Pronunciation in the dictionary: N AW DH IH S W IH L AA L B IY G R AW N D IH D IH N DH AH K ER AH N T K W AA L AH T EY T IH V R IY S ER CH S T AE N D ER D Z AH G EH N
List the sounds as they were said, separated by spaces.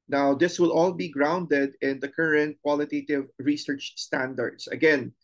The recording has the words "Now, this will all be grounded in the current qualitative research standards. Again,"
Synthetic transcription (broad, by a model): N AW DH IH S W IH L AA L B IY G R AW N D IH D IH N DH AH K ER AH N T K W AA L AH T EY T IH V R IY S ER CH S T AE N D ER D S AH G EH N